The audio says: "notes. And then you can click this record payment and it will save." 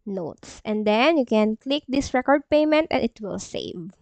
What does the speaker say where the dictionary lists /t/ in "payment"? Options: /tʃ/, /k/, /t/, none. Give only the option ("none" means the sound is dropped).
/t/